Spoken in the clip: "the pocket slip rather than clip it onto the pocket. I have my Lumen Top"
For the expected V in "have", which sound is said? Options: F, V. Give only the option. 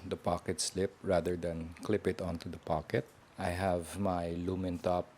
V